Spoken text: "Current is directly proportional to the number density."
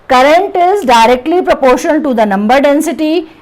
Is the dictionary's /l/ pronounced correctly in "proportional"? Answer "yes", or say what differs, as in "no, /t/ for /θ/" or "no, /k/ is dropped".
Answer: no, /n/ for /l/